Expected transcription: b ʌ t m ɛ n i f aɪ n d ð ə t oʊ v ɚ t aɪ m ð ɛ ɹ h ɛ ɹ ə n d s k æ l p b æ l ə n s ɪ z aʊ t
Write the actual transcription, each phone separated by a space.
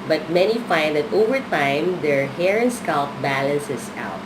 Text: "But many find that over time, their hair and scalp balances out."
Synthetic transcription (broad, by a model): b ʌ t m ɛ n i f aɪ n d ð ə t oʊ v ɚ t aɪ m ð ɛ ɹ h ɛ ɹ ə n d s k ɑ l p b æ l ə n s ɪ s aʊ t